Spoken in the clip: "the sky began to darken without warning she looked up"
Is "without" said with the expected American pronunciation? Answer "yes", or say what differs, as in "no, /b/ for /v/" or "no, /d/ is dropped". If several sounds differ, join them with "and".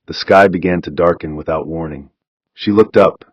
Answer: yes